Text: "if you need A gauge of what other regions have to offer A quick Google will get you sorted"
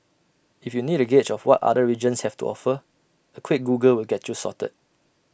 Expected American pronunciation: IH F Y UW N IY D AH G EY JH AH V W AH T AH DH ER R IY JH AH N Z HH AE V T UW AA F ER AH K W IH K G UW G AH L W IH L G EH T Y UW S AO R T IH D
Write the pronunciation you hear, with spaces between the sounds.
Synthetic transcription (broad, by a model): IH F Y UW N IY D AH G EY CH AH F W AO T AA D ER R IY JH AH N S HH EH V T UW AA F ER AH K W IH K G UW G AH L W IH L G EH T Y UW S AO T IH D